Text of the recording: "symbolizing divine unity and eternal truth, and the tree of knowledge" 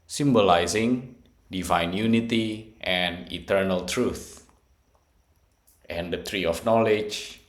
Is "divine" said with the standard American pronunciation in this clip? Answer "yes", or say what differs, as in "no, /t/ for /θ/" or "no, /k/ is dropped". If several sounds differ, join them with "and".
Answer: yes